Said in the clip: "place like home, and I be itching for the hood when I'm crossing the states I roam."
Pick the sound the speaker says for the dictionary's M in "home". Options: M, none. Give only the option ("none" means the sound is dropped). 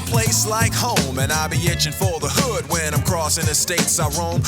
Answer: M